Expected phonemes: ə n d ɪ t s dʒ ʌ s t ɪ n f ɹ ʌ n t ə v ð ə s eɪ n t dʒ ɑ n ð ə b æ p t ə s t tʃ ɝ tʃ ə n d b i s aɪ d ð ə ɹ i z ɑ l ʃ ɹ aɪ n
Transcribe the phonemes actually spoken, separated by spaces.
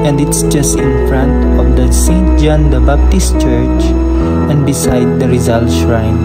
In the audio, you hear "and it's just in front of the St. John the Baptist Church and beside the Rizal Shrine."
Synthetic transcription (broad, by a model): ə n d ɪ t s dʒ ʌ s t ɪ n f ɹ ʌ n t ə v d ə s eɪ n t dʒ ɑ n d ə b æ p t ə s t tʃ ɝ tʃ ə n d b i s aɪ d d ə ɹ i z ɑ l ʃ ɹ aɪ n